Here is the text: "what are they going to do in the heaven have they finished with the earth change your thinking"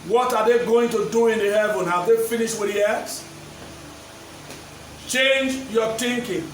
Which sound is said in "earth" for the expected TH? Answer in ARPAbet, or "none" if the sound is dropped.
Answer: S